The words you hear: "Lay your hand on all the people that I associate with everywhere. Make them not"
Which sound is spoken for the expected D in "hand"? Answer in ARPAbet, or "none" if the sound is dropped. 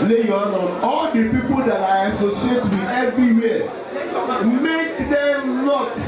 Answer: none